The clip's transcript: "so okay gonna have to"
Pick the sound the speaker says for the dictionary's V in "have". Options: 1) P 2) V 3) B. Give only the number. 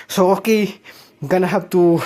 3